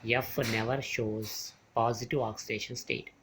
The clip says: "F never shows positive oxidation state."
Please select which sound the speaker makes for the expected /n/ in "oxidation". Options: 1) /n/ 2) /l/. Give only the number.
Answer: 1